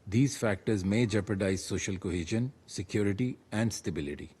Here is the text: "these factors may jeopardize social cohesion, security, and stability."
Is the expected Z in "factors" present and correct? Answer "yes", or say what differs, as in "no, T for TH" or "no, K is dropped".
yes